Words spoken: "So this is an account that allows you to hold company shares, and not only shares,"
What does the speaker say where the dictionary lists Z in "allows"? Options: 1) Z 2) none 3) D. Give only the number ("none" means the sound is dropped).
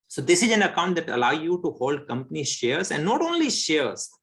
2